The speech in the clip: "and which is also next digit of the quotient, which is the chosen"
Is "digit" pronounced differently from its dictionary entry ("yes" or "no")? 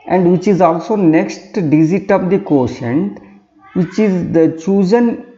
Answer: yes